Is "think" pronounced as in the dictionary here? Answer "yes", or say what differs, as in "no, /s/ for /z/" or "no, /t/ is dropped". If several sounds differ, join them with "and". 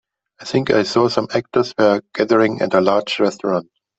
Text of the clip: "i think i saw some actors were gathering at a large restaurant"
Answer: yes